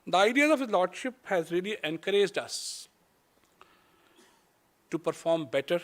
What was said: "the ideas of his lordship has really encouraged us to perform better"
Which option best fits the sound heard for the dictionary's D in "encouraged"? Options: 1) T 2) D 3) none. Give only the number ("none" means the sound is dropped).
2